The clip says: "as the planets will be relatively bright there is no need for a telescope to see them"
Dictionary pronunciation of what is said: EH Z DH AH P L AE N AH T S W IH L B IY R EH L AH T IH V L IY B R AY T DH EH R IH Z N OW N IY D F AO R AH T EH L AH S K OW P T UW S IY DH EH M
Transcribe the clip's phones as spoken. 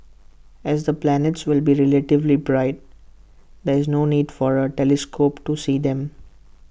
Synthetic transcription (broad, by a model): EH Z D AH P L AE N AH T S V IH L B IY R EH L AH T IH V L IY B R AY T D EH R IH Z N OW N IY D F AO R AH T EH L AH S K OW P T UW S IY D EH M